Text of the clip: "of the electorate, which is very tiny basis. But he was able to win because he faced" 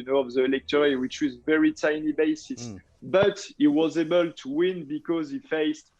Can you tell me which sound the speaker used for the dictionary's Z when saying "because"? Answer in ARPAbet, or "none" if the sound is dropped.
Z